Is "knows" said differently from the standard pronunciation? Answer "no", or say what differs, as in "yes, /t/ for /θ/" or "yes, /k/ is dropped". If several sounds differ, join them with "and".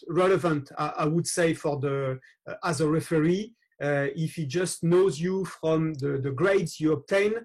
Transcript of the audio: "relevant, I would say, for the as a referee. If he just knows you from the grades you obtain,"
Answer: no